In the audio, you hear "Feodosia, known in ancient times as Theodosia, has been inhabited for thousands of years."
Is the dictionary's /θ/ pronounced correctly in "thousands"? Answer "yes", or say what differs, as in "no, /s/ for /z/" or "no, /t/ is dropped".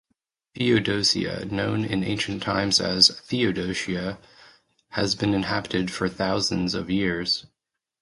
yes